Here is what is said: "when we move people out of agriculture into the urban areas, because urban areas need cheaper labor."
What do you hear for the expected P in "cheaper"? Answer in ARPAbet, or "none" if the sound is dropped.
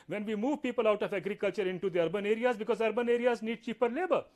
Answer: P